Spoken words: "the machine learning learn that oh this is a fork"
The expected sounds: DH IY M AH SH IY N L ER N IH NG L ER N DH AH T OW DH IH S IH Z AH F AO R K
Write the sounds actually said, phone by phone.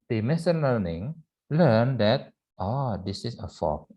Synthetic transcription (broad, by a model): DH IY M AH S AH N L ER N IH NG L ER N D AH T OW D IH S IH S AH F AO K